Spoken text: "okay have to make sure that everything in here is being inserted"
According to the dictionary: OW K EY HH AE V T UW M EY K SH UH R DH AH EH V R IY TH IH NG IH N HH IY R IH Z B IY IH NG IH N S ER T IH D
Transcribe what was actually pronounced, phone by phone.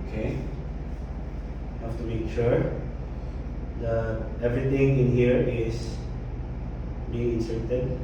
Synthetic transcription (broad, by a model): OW K EY HH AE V T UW M EY K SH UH R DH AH EH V R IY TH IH NG IH N HH IY R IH S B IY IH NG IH N S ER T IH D